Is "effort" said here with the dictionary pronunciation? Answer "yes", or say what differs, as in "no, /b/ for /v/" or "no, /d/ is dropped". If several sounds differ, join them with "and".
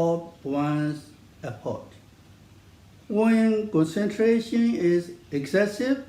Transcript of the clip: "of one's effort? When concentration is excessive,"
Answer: no, /p/ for /f/